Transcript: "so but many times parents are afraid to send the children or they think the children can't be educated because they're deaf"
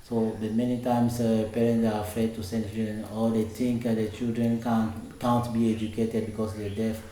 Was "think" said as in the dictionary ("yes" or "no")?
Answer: no